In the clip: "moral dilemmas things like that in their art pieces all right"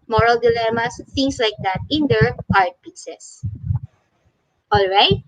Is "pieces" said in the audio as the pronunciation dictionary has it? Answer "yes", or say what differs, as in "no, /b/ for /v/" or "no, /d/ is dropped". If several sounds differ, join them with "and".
no, /s/ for /z/